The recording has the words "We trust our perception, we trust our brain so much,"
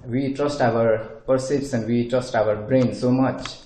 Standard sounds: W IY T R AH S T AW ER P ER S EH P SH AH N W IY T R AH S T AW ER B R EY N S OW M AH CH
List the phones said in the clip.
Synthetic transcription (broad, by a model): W IY T R AH S T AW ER P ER S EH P S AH N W IY T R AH S T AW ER B R EY N S OW M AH CH